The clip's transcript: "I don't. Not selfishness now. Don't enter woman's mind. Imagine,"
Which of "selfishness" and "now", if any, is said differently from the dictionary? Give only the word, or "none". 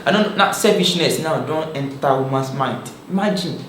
selfishness